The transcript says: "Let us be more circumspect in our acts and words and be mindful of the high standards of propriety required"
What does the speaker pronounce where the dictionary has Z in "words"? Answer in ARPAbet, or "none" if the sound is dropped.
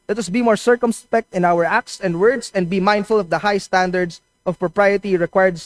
S